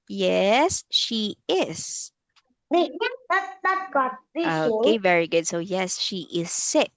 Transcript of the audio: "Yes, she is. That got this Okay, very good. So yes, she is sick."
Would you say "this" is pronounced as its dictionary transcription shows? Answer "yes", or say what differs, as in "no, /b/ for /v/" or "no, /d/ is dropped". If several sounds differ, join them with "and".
no, /s/ is dropped